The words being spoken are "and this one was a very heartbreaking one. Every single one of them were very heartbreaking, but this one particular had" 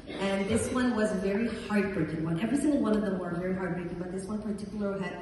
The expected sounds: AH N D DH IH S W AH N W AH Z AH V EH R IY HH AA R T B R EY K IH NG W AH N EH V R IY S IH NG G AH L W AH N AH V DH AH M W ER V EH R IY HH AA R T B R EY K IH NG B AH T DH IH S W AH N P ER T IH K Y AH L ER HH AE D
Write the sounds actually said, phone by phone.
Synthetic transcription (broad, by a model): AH N DH IH S W AH N W AH Z V EH R IY HH AA R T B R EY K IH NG W AH N EH V R IY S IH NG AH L W AH N AH V DH AH M W ER V EH R IY HH AA R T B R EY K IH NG B AH T DH IH S W AH N P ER T IH K Y L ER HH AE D